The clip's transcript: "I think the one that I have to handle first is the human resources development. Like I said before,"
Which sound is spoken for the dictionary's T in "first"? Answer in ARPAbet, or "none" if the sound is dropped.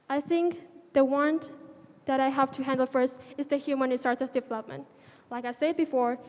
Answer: T